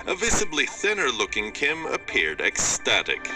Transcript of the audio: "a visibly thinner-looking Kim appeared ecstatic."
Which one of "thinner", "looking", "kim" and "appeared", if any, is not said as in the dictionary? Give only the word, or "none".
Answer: none